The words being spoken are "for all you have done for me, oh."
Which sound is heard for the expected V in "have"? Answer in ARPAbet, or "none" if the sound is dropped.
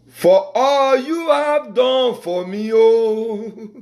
V